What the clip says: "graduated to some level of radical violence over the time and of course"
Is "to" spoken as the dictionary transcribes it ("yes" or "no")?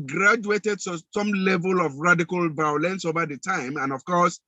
no